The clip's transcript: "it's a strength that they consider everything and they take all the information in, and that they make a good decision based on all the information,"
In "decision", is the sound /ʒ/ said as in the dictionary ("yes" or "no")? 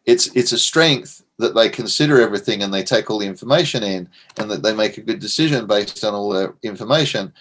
yes